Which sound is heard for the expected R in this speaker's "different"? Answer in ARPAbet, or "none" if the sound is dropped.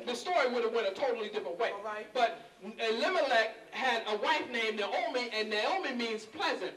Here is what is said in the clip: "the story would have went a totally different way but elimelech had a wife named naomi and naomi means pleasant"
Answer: none